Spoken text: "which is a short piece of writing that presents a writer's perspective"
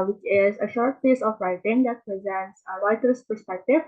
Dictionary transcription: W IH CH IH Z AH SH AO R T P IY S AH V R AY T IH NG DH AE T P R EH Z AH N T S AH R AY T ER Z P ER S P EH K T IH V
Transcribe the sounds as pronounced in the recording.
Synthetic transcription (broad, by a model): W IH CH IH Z AH SH AO R T P IY S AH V R AY T IH NG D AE T P R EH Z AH N T S AH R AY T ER S P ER S P EH K T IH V